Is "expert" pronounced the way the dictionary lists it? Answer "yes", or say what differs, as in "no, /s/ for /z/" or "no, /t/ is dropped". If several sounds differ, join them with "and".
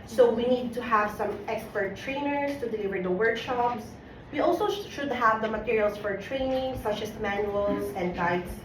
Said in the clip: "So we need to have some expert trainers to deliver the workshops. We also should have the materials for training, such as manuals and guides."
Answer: yes